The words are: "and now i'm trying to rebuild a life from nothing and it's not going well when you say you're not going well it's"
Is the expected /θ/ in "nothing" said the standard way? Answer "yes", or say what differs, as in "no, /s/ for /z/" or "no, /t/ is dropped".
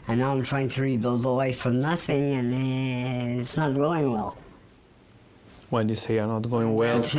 yes